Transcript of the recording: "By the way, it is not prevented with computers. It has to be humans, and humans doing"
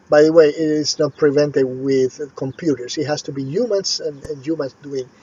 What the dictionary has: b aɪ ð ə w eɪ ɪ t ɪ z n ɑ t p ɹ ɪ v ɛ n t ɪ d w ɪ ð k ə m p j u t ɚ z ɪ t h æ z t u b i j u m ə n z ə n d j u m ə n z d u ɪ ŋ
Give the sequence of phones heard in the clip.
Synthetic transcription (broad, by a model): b aɪ ð ə w eɪ ɪ t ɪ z n ɑ t p ɹ ɪ v ɛ n t ɪ d w ɪ ð k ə m p j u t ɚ s ɪ t h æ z t u b i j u m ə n s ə n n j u m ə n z d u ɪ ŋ